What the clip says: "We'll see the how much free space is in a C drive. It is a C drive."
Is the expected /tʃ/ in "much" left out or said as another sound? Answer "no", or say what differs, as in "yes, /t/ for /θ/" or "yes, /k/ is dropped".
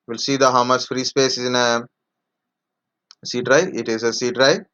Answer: yes, /s/ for /tʃ/